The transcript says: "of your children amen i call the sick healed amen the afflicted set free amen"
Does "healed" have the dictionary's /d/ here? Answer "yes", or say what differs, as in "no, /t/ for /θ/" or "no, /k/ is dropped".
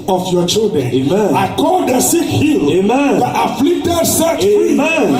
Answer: no, /d/ is dropped